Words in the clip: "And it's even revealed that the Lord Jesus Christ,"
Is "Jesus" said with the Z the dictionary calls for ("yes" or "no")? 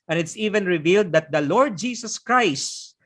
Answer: no